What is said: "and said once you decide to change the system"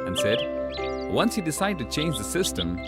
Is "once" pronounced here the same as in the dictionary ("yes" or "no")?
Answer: yes